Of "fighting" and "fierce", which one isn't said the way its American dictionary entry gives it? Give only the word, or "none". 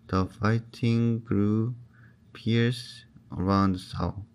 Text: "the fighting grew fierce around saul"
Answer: fierce